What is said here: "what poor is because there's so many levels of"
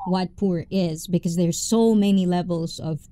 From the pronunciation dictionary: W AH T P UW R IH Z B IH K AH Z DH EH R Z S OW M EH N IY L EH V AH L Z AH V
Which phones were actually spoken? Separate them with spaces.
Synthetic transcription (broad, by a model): W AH T P UW R IH Z B IH K AH Z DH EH R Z S OW M EH N IY L EH V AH L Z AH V